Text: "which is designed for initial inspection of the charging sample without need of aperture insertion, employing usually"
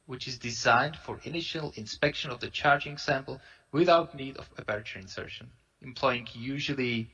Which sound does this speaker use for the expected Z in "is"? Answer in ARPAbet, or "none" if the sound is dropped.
Z